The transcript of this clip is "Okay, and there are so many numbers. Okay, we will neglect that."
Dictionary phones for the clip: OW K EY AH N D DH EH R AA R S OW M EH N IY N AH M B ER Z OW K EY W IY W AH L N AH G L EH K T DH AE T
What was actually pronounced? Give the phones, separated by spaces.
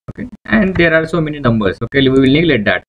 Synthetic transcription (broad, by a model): OW K EY AH N D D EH R AA R S OW M EH N IY N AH M B ER S OW K EY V IY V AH L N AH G L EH T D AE T